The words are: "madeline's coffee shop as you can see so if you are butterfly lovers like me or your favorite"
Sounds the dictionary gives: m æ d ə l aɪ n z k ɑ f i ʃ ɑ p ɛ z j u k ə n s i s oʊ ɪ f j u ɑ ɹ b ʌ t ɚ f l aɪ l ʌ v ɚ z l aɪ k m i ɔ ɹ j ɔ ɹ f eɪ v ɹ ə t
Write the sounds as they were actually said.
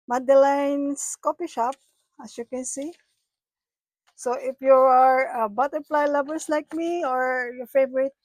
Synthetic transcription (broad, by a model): m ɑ d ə l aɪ n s k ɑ p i ʃ ɑ p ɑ s j u k ə n s i s oʊ ɪ f j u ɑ ɹ b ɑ t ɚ p l aɪ l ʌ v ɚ s l aɪ k m i ɔ ɹ j ɔ ɹ f eɪ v ɹ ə t